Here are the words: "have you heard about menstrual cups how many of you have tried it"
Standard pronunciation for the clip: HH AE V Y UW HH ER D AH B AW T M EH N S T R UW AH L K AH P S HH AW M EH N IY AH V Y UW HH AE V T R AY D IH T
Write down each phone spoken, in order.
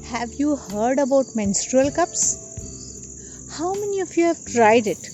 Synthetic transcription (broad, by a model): HH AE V Y UW HH ER D AH B AW T M EH N S T R UW AH L K AH P S HH AW M EH N IY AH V Y UW HH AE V T R AY D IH T